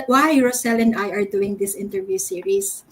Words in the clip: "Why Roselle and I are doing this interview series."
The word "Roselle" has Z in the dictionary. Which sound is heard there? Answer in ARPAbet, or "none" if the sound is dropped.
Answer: S